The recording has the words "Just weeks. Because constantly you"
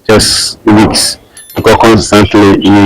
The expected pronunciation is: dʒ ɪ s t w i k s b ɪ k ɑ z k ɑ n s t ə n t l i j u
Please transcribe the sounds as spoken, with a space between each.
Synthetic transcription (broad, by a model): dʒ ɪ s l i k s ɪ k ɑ k ɑ n s t ə n t l i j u